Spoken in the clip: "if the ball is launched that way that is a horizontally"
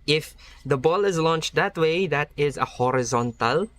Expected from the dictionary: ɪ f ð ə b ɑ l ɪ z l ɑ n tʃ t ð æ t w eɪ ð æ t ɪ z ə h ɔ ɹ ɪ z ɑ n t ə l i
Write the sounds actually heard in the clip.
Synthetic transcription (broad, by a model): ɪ f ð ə b ɑ l ɪ z l ɑ n tʃ t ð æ t w eɪ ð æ t ɪ z ə h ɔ ɹ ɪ z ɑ n t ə l